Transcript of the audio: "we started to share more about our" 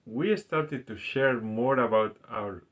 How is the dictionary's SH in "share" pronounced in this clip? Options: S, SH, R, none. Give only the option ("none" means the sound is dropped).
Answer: SH